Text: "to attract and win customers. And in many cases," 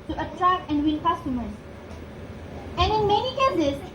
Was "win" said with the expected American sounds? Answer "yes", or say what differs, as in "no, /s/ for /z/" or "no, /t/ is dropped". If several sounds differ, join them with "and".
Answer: no, /l/ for /n/